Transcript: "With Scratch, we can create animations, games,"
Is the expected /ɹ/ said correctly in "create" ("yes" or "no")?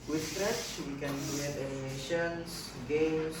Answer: no